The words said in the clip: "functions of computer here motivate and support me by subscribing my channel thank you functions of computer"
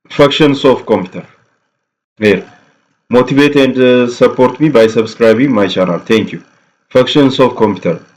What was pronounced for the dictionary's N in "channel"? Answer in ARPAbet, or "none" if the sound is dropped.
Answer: L